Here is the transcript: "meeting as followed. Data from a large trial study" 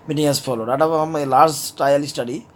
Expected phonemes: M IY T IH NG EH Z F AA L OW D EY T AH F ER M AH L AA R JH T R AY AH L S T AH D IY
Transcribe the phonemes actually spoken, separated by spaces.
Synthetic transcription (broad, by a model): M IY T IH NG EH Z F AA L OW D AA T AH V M AH L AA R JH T AY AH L S T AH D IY